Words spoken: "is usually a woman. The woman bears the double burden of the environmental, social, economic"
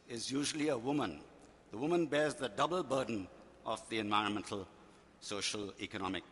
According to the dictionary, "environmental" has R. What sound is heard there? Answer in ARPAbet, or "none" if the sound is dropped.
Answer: R